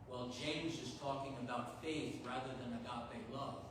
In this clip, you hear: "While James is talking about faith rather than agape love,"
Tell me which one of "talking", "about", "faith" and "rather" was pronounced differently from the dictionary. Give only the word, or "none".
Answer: none